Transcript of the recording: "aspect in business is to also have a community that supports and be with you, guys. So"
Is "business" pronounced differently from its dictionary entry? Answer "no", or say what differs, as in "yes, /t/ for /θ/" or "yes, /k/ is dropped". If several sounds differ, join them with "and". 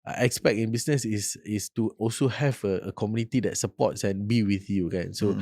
yes, /s/ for /z/